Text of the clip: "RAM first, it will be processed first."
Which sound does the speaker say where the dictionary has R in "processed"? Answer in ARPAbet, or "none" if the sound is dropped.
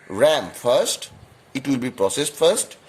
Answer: R